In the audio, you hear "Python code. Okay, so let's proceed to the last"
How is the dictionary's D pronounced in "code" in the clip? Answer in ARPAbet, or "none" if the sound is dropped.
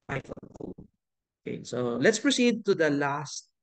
none